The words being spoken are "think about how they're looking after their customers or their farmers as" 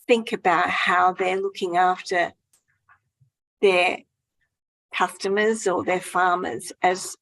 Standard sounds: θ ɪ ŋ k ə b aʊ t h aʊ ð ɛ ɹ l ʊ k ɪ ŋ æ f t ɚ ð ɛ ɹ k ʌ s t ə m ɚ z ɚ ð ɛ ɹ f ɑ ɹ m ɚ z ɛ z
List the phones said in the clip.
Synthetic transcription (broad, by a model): θ ɪ ŋ k ə b aʊ t h aʊ ð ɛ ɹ l ʊ k ɪ ŋ æ f t ɚ ð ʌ ɹ k ʌ s t ə m ɚ z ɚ ð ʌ ɹ f ɑ ɹ m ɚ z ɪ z